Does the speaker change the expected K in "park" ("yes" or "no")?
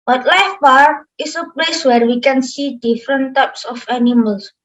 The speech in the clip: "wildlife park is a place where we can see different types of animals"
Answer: yes